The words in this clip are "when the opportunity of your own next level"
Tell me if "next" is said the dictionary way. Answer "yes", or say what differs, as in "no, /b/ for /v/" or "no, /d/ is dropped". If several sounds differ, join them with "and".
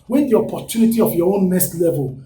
no, /k/ is dropped